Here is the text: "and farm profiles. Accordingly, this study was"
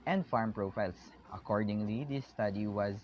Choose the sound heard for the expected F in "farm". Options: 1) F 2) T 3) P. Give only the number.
1